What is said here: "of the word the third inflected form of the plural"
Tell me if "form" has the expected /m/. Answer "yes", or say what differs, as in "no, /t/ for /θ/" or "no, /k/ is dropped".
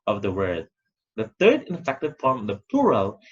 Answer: no, /m/ is dropped